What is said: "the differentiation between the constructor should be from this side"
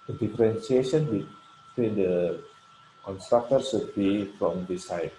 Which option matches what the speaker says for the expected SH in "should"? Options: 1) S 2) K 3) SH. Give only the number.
1